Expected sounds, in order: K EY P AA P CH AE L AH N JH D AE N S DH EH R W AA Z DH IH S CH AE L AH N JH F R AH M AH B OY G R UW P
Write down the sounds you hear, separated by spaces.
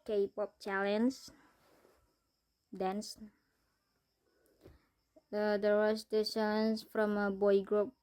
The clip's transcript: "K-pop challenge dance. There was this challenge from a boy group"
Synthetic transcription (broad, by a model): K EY P AA P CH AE L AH N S D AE N S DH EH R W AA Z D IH CH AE L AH N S F R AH M AH B OY G R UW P